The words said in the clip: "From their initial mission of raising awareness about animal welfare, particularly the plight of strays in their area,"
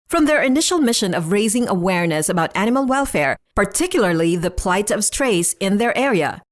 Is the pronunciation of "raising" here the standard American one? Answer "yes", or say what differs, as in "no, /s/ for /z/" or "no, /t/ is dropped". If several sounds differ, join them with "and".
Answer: yes